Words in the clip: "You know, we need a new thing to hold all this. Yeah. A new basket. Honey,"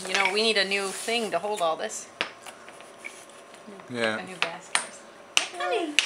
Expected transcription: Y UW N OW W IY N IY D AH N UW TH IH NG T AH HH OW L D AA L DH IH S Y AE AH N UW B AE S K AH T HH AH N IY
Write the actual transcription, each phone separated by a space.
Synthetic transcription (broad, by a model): Y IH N OW W IY N IY D AH N UW TH IH NG T AH HH OW L D AA L DH IH S Y AE AH N UW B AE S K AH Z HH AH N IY